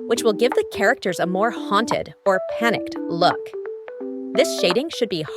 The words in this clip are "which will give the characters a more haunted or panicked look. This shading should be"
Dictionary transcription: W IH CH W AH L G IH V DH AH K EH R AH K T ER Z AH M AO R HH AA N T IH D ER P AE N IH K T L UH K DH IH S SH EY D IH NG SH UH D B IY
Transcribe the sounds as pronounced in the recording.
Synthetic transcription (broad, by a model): W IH CH W AH L G IH V DH AH K EH R AH K T ER Z AH M AO R HH AA N T IH D ER P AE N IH K T L UH K DH IH S SH EY D IH NG SH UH D B IY